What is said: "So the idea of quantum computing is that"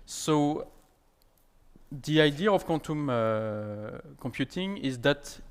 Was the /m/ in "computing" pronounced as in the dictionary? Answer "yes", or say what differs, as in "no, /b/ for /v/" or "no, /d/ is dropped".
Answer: yes